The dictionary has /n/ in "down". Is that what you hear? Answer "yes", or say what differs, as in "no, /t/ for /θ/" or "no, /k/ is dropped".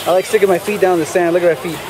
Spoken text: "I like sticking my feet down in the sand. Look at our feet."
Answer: no, /n/ is dropped